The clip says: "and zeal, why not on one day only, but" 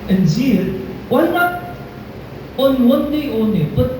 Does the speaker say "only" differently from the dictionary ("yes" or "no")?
yes